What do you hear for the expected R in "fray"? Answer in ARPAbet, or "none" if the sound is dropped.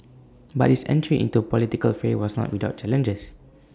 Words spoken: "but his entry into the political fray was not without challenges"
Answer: none